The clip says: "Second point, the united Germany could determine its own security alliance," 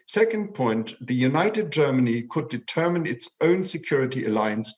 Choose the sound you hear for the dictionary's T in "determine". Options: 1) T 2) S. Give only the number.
1